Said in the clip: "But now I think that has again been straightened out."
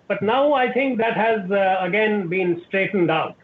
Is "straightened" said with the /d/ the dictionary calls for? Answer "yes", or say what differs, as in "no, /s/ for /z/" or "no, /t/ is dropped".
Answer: yes